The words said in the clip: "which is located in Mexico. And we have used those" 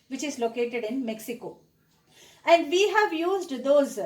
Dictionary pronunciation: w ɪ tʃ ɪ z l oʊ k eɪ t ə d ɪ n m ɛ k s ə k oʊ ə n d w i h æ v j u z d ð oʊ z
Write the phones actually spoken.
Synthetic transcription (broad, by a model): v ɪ tʃ ɪ z l oʊ k eɪ t ə d ɪ n m ɛ k s ə k oʊ ə n d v i h æ v j u z d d oʊ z